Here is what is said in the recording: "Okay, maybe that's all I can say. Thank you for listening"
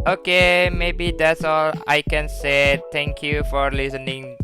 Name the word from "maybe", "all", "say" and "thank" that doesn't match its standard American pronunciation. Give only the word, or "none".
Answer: thank